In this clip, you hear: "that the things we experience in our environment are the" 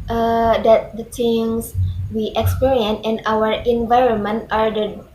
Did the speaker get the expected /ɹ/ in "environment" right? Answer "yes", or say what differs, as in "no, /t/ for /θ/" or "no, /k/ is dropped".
yes